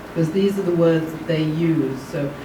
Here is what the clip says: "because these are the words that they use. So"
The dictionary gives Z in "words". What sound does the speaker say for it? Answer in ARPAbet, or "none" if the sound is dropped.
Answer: Z